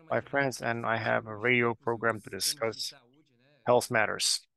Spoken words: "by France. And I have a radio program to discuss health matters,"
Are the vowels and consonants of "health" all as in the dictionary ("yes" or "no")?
yes